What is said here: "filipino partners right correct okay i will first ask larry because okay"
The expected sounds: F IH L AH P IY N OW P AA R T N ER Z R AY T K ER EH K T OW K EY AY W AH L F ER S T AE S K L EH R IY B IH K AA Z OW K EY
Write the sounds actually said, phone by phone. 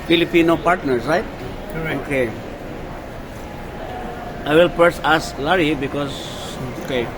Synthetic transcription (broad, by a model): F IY L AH P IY N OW P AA R T N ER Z R AY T T OW K EY AY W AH L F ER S AA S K L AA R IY B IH K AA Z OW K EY